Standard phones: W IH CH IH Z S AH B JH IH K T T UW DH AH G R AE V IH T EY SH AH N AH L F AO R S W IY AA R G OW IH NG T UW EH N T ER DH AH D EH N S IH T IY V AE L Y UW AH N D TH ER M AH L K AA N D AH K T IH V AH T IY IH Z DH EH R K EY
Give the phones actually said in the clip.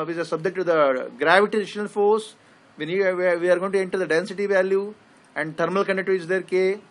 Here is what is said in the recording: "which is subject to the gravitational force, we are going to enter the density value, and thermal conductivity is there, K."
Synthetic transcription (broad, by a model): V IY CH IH S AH B JH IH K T T UW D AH G R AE V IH T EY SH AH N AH L F AO R S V IY AA R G OW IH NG T UW EH N T ER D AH D EH N S IH T IY V AE L Y UW AH N D T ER M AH L K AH N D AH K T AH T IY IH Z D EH R K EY